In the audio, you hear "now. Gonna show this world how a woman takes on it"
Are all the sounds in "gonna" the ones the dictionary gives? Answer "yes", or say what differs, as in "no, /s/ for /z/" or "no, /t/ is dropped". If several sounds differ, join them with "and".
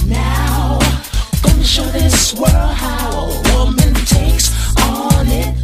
no, /n/ is dropped